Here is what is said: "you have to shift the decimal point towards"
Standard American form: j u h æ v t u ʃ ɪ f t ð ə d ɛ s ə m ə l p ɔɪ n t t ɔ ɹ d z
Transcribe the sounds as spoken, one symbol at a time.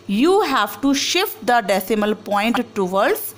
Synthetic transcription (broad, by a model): j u h æ v t u ʃ ɪ f t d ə d ɛ s ə m ə l p ɔɪ n t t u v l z